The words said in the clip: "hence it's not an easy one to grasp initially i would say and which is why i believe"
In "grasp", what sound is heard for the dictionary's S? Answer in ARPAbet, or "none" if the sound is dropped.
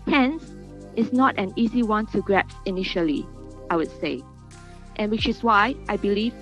none